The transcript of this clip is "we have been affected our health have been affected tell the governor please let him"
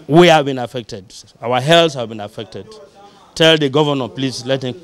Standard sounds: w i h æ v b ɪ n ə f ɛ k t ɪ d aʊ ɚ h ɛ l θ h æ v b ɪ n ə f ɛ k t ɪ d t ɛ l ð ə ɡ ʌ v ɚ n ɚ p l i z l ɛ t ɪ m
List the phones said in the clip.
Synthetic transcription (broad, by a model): w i h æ v b ɪ n ə f ɛ k t ɪ d aʊ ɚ h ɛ l s h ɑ v b ɪ n ə f ɛ k t ɪ d t ɛ l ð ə ɡ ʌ v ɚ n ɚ p l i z l ɛ t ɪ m